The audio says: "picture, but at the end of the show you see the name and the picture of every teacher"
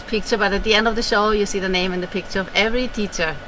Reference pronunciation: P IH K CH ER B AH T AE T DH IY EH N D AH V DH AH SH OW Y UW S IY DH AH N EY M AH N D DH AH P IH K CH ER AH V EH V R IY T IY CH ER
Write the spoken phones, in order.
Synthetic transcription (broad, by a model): P IH K CH ER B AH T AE T DH IY EH N D AH V DH AH SH OW Y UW S IY DH AH N EY M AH N DH AH P IH K CH ER AH V EH V R IY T IY CH ER